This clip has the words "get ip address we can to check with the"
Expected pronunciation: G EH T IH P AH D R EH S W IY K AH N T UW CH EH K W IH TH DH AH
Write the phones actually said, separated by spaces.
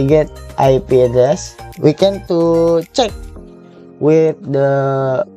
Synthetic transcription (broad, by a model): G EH T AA P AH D EH S W IY K AH N T UW CH EH K W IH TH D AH